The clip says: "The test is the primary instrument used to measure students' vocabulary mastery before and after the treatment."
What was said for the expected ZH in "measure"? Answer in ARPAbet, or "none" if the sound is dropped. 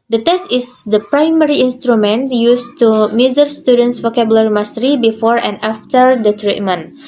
Z